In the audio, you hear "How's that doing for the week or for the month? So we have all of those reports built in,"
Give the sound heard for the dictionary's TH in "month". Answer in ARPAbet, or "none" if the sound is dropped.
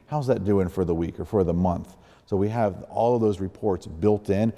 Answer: TH